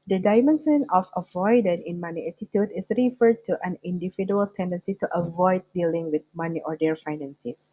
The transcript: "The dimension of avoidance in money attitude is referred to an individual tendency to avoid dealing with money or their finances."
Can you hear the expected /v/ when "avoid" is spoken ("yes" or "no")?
yes